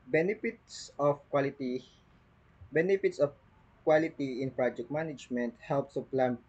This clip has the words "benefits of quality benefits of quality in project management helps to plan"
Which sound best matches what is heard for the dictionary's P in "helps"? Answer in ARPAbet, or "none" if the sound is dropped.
P